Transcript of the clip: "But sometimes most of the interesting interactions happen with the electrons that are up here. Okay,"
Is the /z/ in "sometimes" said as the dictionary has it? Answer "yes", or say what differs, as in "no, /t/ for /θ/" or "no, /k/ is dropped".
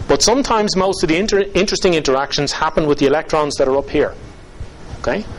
yes